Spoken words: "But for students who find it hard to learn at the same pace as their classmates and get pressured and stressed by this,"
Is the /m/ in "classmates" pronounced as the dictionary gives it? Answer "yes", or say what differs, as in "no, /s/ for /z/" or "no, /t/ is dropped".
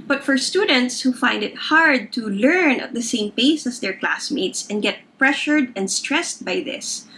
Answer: yes